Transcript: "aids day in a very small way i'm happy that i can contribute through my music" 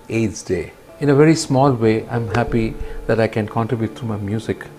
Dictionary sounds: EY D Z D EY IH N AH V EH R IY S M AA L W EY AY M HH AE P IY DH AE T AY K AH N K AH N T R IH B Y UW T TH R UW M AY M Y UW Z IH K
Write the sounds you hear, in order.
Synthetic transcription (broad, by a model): EY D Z D EY IH N AH V EH R IY S M AA L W EY AY M HH AE P IY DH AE T AY K AH N K AH N T R IH B Y UW T T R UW M AY M Y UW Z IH K